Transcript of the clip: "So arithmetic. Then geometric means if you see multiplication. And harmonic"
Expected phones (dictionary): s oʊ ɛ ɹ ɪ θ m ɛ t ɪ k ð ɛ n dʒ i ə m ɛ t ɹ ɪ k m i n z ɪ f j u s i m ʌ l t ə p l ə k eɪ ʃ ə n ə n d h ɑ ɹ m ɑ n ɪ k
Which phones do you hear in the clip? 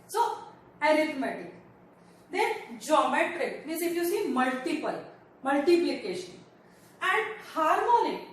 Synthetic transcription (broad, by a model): s oʊ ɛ ɹ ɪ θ m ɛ t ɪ k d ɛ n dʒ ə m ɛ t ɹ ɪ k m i z ɪ f j u s i m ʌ l t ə p l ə k eɪ ʃ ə n ə n d h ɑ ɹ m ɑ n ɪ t